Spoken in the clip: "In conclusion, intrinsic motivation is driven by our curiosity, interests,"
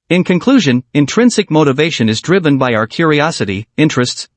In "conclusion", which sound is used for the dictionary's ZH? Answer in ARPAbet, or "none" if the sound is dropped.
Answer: ZH